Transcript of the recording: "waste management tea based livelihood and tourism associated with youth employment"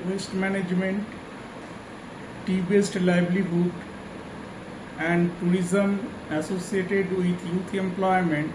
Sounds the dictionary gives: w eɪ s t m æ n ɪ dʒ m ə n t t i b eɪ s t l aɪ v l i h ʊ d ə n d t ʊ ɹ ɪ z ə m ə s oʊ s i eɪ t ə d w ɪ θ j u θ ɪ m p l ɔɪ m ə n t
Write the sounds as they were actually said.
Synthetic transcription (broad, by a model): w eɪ s t m æ n ɪ dʒ m ə n t t i b eɪ s t l aɪ b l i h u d ə n d t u ɹ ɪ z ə m ə s oʊ s i eɪ t ə d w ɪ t j u t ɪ m p l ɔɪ m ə n t